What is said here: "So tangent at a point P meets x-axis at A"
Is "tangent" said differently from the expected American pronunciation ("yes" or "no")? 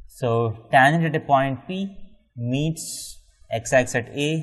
yes